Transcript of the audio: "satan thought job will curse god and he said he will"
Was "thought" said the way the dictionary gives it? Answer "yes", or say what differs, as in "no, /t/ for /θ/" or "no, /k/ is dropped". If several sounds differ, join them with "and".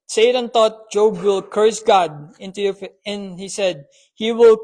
no, /t/ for /θ/